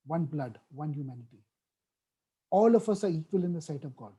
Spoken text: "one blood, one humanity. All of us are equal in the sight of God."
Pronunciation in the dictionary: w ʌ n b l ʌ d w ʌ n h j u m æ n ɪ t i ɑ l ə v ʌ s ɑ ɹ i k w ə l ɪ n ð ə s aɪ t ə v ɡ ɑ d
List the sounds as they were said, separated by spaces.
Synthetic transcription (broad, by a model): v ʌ n b l ʌ d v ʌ n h j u m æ n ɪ t i ɑ l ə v ʌ s ɑ ɹ i k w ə l ɪ n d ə s aɪ t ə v ɡ ɑ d